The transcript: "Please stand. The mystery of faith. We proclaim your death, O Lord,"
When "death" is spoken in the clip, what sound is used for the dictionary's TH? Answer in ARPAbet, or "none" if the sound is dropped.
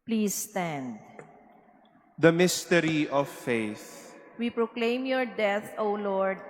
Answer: T